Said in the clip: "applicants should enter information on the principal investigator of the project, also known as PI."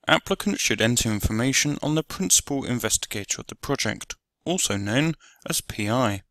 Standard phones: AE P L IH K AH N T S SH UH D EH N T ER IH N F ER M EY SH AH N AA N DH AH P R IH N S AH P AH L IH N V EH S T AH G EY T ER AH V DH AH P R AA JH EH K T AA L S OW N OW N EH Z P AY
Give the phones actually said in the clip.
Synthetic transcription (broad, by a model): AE P L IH K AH N T SH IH D EH N T ER IH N F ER M EY SH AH N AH N DH AH P R IH N S AH P AH L IH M V EH S T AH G EY T ER AH V DH AH P R AA JH EH K T AA L S OW N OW N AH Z P AY